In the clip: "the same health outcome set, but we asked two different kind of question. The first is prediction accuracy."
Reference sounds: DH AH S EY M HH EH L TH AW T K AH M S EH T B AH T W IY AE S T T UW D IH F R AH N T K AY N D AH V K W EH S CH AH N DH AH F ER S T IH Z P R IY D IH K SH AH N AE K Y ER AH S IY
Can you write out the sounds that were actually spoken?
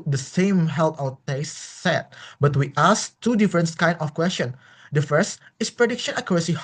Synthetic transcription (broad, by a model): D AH S EY M HH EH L T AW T EH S S EH T B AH T W IY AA S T T UW D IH F R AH N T K AY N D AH F K W EH S CH AH N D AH F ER S T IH S P R IY D IH K SH AH N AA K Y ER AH S IY